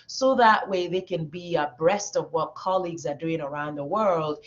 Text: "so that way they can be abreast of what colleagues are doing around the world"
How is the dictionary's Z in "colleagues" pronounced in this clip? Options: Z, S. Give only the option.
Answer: Z